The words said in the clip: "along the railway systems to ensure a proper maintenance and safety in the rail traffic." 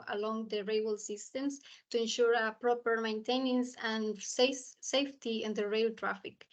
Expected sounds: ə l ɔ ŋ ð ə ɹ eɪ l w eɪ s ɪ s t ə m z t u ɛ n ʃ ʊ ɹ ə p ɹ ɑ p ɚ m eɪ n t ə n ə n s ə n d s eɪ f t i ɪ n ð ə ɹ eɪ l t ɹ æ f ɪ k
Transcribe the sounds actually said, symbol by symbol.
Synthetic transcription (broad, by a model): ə l ɔ ŋ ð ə ɹ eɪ w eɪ s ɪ s t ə m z t u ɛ n ʃ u ɹ ə p ɹ ɑ p ɚ m eɪ n t ə n ə n s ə n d s eɪ f t i ɪ n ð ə ɹ eɪ l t ɹ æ f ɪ k